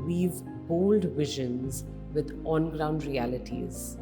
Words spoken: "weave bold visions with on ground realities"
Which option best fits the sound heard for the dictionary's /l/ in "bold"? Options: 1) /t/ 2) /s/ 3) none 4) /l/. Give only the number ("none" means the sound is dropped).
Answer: 4